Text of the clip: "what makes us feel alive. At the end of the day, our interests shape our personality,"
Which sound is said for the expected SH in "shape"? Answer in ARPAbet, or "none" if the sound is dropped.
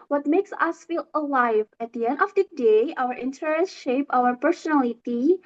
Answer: SH